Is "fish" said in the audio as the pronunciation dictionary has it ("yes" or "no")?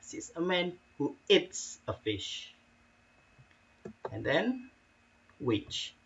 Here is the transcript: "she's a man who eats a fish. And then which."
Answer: yes